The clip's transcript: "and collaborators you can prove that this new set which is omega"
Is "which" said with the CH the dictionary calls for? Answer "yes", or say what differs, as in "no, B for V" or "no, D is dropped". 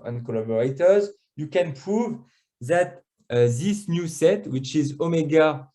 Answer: yes